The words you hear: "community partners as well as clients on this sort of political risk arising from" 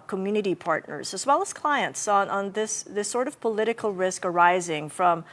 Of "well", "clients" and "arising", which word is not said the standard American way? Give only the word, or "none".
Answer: none